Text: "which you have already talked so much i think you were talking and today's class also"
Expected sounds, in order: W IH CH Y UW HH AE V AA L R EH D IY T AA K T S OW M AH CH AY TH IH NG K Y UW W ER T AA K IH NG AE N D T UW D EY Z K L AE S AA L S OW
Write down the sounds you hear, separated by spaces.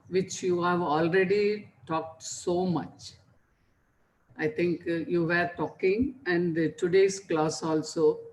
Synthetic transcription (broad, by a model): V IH CH Y UW HH AE V AA L R EH D IY T AA K T S OW M AH CH AY T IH NG K Y UW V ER T AA K IH NG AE N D T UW D EY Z K L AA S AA L S OW